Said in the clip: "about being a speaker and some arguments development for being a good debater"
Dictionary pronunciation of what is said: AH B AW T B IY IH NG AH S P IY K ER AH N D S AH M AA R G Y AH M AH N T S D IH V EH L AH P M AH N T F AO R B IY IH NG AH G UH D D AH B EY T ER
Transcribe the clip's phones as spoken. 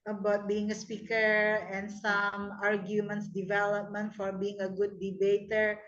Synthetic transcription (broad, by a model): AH B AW T B IY IH NG AH S P IY K ER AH N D S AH M AA R G Y AH M AH N T S D IH V EH L AH P M AH N T F AO R B IY IH NG AH G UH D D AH B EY T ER